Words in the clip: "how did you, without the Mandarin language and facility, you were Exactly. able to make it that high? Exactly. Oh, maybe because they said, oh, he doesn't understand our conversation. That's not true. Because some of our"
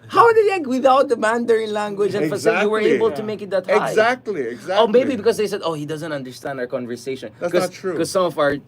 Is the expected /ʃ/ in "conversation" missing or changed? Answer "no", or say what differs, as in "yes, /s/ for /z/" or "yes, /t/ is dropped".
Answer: no